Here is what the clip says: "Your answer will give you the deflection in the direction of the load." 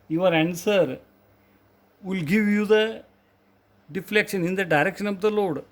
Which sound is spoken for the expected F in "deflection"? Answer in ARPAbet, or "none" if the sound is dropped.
F